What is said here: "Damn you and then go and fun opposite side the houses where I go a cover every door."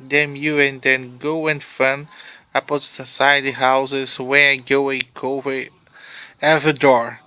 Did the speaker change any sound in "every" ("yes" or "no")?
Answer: yes